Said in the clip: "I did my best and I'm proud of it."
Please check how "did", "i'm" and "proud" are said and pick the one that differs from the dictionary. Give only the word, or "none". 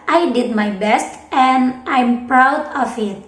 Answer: none